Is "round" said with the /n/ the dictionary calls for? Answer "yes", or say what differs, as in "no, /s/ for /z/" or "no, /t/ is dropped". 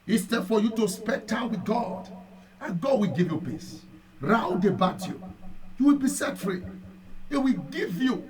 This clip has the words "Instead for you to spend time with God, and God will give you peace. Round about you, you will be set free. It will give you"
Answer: no, /n/ is dropped